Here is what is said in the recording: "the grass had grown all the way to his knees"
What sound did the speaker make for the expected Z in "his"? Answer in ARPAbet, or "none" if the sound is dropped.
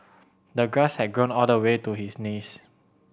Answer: S